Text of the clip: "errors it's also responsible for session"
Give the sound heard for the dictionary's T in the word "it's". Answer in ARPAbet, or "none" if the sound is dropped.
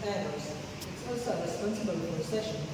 S